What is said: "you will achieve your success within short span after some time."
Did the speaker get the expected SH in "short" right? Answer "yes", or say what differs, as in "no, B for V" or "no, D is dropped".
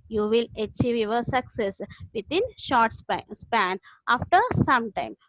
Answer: yes